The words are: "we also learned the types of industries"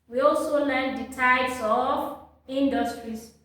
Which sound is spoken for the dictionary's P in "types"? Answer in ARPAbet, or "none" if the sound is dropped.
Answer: none